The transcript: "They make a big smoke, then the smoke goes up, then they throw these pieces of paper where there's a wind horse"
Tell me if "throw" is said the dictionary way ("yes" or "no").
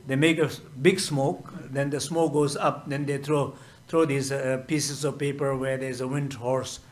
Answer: no